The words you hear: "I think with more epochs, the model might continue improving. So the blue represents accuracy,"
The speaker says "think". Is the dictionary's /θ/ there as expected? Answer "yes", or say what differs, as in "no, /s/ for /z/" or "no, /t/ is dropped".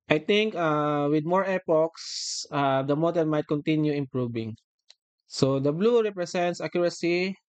no, /t/ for /θ/